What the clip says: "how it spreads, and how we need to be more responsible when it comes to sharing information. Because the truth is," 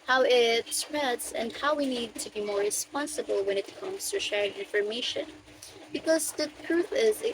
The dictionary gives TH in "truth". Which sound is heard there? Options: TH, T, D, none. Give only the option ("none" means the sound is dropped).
TH